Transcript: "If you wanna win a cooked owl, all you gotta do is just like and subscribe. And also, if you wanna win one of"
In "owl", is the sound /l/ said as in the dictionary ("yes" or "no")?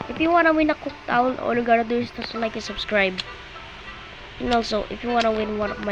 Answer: no